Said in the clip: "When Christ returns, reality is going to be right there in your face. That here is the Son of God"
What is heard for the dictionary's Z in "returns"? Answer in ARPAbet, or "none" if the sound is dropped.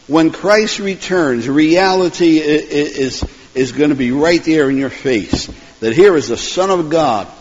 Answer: Z